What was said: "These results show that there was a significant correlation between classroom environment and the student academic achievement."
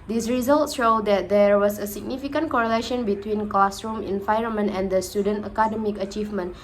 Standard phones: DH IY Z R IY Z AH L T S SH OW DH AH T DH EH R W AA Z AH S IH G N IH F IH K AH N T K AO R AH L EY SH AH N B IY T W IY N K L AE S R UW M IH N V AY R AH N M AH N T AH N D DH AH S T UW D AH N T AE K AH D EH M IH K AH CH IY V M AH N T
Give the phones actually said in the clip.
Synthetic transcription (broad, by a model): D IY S R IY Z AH L T S SH OW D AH T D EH R W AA S AH S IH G N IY F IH K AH N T K AO R AH L EY SH AH N B IY T W IY N K L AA S R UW M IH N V AY R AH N M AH N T AH N D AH S T UW D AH N T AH K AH D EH M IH K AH CH IY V M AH N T